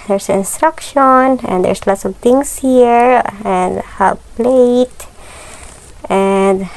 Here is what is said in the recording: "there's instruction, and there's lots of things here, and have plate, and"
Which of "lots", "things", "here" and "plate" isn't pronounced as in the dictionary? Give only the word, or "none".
things